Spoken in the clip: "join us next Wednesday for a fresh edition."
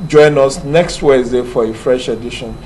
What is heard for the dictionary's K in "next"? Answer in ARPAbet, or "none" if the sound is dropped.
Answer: K